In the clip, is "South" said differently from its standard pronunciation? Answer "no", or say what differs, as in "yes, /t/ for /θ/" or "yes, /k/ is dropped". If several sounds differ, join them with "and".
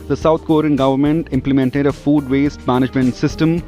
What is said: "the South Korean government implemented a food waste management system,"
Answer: yes, /t/ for /θ/